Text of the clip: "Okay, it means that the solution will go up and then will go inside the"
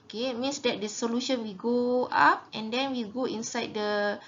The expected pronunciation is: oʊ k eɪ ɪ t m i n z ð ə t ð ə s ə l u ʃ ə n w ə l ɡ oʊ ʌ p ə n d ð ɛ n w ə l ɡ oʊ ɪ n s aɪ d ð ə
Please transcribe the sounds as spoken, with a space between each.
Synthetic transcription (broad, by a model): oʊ k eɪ ɪ t m i n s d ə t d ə s ə l u ʃ ə n w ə ɡ oʊ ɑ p ə n d ɛ n w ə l ɡ oʊ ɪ n s aɪ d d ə